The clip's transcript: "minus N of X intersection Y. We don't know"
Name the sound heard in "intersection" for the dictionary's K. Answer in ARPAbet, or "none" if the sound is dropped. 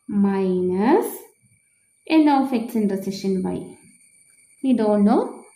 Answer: none